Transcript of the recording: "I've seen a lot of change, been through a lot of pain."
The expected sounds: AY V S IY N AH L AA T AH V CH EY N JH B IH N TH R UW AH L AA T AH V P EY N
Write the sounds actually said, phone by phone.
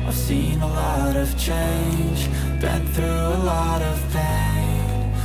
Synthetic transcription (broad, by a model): AY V S IY N AH L AA T AH V CH EY N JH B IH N TH R UW AH L AA T AH V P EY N